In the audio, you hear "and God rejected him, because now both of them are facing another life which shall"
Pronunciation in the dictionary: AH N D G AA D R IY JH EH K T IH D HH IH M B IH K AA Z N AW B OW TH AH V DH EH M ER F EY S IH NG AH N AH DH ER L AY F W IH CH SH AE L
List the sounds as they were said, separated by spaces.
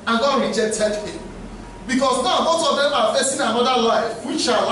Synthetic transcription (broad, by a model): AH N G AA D R IY JH EH K T IH D HH IH M B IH K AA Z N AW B OW S AH V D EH M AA F EY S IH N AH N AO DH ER L AY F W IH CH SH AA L